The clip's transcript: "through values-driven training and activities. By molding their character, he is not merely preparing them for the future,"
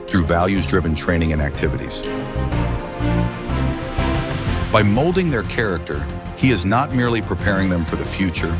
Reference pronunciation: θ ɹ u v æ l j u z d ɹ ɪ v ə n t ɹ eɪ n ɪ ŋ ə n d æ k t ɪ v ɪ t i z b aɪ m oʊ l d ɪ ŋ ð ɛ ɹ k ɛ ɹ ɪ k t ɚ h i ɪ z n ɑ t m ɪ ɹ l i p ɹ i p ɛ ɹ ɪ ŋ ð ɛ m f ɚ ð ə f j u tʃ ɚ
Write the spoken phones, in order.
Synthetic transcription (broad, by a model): θ ɹ u v æ l j u z d ɹ ɪ v ə n t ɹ eɪ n ɪ ŋ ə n æ k t ɪ v ɪ t i z b aɪ m oʊ l d ɪ ŋ ð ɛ ɹ k ɛ ɹ ɪ k t ɚ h i ɪ z n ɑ t m ɪ ɹ l i p ɹ i p ɛ ɹ ɪ ŋ ð ɛ m f ɚ ð ə f j u tʃ ɚ